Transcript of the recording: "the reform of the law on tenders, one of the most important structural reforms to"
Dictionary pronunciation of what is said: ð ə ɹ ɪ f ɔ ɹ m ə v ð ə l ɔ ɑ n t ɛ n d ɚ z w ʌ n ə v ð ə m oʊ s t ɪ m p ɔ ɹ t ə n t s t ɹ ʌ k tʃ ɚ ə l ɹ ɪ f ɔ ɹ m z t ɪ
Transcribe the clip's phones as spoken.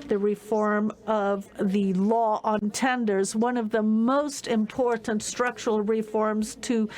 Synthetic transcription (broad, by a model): ð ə ɹ ɪ f ɔ ɹ m ə v ð ə l ɔ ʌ n t ɛ n d ɚ z w ʌ n ə v ð ə m oʊ s t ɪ m p ɔ ɹ t n t s t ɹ ʌ k tʃ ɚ l ɹ ɪ f ɔ ɹ m z t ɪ